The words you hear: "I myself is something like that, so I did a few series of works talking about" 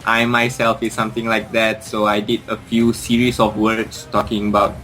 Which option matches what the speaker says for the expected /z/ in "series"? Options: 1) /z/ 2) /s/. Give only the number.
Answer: 2